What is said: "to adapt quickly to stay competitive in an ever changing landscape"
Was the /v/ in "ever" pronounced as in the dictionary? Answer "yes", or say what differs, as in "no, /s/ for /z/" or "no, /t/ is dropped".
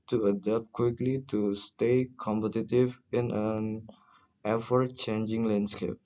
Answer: no, /f/ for /v/